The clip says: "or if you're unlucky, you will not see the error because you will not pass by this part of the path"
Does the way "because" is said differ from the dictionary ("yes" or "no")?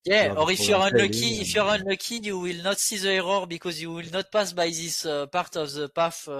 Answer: no